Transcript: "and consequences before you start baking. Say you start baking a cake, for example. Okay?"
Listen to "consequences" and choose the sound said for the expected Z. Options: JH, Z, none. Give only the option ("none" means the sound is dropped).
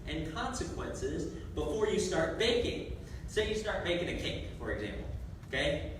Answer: Z